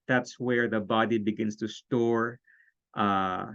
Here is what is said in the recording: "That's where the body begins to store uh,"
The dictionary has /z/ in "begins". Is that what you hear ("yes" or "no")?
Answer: no